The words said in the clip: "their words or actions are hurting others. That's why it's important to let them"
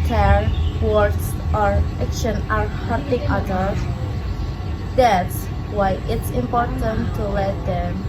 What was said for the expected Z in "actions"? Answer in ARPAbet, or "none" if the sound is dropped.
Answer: none